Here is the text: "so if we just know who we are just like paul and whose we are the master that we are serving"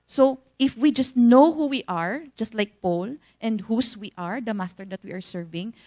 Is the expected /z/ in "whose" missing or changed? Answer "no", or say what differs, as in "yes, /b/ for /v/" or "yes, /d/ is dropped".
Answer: yes, /s/ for /z/